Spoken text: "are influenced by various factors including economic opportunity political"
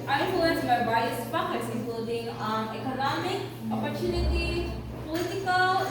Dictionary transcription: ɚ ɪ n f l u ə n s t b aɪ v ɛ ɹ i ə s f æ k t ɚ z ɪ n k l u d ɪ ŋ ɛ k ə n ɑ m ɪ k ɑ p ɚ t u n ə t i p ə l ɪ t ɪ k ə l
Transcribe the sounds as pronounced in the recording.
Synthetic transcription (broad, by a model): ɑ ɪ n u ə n t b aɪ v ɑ i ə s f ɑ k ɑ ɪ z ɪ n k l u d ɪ ŋ ɛ k ə n ɑ m ɪ k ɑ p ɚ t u n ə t i p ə l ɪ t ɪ k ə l